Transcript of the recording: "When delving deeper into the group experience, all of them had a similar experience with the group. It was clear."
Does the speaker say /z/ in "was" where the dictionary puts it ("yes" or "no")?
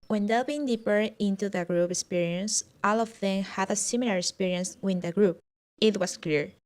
no